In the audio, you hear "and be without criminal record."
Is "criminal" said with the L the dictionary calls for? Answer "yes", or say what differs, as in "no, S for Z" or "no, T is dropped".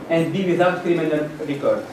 no, N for L